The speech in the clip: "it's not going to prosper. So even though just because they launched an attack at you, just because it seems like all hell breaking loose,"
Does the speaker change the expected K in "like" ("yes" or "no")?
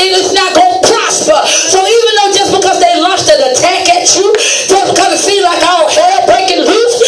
no